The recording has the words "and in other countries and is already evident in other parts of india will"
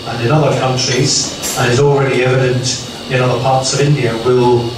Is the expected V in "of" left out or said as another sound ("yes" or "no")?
no